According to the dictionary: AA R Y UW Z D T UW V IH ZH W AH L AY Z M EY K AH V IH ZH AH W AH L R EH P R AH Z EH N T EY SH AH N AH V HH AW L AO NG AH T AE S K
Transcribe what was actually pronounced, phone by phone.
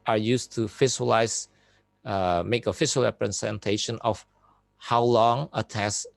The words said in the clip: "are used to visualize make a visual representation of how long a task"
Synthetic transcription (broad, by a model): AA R Y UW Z T UW F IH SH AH L AY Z M EY K AH F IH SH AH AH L R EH P R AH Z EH N T EY SH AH N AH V HH AW L AO NG AH T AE S